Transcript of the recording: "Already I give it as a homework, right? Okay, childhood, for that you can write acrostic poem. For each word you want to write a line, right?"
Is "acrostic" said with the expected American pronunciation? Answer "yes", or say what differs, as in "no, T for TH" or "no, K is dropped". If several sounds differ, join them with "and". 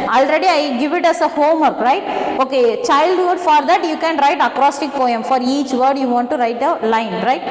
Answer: yes